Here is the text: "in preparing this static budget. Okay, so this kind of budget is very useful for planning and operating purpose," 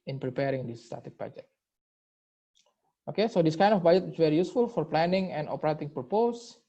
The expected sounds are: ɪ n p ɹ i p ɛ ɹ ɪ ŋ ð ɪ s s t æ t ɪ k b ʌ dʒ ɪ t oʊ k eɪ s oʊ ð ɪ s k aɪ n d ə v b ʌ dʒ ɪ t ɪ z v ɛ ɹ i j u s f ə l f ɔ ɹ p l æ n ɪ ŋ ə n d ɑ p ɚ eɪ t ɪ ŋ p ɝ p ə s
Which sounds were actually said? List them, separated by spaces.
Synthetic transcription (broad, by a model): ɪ n p ɹ i p ɛ ɹ ɪ ŋ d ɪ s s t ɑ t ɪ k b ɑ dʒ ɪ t oʊ k eɪ s oʊ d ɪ s k aɪ n d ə f b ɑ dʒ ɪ t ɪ s v ɛ ɹ i j u s f ə l f ɔ ɹ p l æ n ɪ ŋ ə n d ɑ p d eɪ t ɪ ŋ p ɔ p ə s